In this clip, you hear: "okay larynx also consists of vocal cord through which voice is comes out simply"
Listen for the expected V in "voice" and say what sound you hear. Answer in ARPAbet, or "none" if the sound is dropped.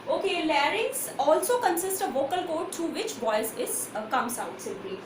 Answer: B